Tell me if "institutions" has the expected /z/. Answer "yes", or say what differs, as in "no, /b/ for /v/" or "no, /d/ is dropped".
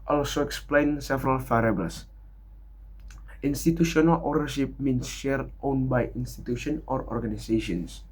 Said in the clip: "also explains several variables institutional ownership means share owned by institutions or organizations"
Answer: no, /z/ is dropped